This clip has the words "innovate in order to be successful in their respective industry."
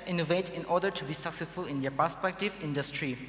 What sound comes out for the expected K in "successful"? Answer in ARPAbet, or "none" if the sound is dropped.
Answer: K